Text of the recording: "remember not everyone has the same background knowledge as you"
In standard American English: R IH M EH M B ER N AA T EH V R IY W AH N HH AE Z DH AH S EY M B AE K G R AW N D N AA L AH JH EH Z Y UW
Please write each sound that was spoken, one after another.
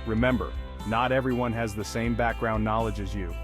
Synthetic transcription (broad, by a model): R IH M EH M B ER N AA T EH V R IY W AH N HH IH Z DH AH S EY M B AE K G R AW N N AA L AH JH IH Z Y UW